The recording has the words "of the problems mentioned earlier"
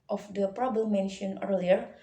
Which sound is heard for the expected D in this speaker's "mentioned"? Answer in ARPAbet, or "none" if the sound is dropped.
none